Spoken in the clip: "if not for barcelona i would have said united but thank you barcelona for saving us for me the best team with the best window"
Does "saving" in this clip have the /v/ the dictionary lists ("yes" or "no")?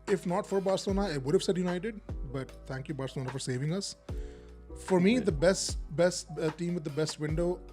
yes